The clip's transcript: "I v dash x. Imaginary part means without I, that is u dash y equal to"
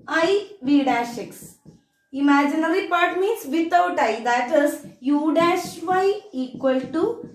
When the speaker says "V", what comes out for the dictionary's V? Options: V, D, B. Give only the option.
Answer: V